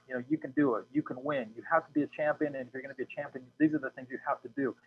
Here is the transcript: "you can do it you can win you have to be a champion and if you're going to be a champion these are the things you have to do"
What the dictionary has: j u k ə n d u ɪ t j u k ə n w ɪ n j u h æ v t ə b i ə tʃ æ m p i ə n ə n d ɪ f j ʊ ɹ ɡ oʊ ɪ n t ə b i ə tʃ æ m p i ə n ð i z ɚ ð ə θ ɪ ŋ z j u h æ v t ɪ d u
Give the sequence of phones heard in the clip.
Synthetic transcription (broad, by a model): j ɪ k ə n d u ɪ t j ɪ k ə n w ɪ n j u h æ f t ə b i ə tʃ æ m p i ə n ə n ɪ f j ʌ ɹ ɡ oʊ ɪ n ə b i ə tʃ æ m p i ə n ð i z ɚ ð ə θ ɪ ŋ z j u h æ f t ɪ d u